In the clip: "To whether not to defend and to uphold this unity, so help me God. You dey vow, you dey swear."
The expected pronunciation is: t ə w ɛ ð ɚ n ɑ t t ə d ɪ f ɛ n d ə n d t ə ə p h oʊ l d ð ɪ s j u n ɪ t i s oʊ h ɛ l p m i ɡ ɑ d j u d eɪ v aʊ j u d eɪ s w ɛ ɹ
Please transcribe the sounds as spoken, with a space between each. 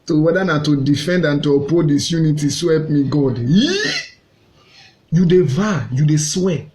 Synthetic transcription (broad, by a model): t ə w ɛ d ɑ n ɑ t t ə d ɪ f ɛ n d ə n t ə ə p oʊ d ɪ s j u n ɪ t i s oʊ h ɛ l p m i ɡ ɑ d j u d eɪ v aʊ j u d eɪ s w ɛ